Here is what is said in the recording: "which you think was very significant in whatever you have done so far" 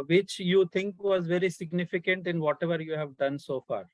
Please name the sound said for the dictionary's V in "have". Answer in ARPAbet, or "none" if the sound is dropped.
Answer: V